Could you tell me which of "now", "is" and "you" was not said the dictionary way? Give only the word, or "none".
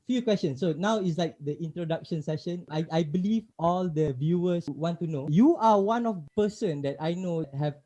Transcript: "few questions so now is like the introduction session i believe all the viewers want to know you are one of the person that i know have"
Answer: is